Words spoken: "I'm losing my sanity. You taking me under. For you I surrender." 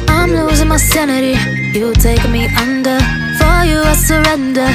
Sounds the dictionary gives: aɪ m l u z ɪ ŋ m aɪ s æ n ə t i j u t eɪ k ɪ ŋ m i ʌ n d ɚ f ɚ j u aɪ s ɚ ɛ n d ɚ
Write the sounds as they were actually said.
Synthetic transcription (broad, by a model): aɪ m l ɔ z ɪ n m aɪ s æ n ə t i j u t eɪ ɪ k m i ʌ n d ɚ f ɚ j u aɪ s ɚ ɛ n d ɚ